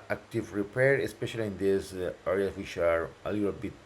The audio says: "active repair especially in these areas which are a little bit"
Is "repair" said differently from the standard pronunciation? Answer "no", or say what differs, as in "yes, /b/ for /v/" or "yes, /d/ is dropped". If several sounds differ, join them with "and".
no